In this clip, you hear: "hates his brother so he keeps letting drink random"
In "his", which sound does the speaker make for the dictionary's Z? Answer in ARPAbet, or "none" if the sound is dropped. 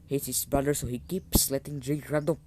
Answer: S